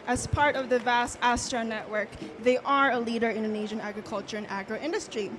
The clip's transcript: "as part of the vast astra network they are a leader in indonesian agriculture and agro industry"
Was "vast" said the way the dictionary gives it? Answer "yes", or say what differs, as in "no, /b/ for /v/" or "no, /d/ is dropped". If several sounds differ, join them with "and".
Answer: yes